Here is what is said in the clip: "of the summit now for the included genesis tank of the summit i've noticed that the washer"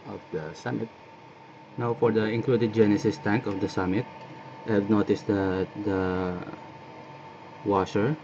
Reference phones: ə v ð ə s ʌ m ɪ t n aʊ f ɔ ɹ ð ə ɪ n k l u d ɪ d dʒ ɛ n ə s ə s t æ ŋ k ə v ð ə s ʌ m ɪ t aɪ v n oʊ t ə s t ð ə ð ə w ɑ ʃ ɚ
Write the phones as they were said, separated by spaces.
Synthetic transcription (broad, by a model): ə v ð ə s ʌ m ɪ t n aʊ f ɔ ɹ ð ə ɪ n k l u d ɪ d dʒ ɛ n ə s ə s t æ ŋ k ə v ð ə s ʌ m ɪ t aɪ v n oʊ t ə s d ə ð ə w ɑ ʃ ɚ